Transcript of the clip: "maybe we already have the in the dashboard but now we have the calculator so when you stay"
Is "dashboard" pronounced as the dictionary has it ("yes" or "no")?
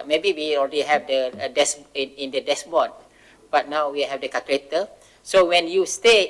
no